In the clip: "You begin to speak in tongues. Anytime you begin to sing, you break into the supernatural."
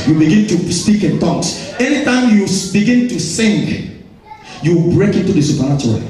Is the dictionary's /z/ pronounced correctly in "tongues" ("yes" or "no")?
no